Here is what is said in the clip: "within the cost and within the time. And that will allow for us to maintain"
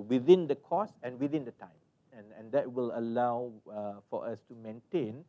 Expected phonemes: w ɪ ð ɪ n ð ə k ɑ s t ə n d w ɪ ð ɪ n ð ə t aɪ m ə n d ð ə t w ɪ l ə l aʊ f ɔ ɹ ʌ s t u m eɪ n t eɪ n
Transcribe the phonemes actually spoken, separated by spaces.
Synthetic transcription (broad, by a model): w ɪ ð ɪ n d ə k ɑ s ə n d w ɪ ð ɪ n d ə t aɪ m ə n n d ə t w ɪ l ə l aʊ f ɔ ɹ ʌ s t u m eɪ n t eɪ n